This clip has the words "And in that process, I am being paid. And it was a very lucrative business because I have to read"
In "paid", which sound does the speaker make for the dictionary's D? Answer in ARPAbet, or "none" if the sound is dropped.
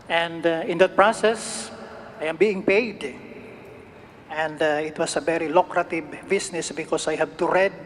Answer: D